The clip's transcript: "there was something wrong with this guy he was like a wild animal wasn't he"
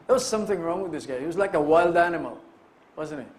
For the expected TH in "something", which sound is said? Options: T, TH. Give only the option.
TH